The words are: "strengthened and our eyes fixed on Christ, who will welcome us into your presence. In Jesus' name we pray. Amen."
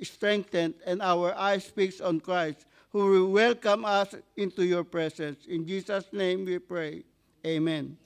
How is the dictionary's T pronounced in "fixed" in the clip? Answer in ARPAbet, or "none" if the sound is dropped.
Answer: none